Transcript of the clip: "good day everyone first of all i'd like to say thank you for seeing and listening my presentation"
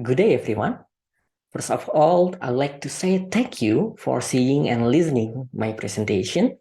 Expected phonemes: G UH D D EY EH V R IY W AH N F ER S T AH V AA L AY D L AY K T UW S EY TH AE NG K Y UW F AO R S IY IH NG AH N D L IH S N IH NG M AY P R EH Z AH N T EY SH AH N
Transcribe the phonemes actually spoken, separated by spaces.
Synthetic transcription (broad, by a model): G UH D D EY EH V R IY W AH N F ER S AH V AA L AY L AY K T UW S EY T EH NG K Y UW F AO R S IY IH NG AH N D L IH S N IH NG M AY P R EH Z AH N T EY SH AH N